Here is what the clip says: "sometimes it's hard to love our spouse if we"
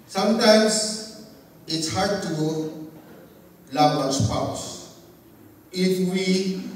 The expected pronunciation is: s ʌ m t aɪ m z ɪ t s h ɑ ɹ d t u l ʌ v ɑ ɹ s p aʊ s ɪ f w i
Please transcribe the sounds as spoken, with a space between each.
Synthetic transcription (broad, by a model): s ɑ m t aɪ m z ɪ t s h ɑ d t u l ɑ b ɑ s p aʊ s ɪ f w i